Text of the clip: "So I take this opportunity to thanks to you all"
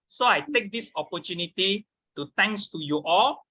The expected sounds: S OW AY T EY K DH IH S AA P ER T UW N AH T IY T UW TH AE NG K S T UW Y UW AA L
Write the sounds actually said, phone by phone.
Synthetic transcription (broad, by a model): S OW AY T EY K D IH S AA P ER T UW N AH T IY T UW T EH NG K S T UW Y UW AA L